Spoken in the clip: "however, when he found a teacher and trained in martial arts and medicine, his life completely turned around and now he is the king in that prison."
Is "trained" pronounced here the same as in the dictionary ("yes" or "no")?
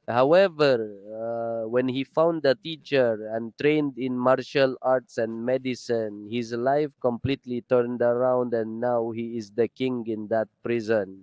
yes